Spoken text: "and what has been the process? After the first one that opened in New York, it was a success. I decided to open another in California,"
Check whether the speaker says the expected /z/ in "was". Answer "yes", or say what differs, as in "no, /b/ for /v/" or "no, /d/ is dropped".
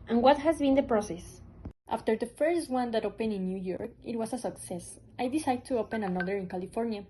no, /s/ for /z/